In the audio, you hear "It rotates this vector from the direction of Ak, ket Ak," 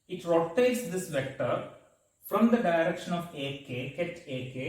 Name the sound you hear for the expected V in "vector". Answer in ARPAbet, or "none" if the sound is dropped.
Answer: V